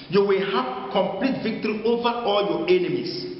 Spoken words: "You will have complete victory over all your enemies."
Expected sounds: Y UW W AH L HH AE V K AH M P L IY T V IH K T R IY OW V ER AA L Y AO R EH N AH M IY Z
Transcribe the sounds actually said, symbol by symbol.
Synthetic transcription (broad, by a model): Y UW W AH L HH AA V K AH M P L IY T V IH K T R IY OW V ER AA L Y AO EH N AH M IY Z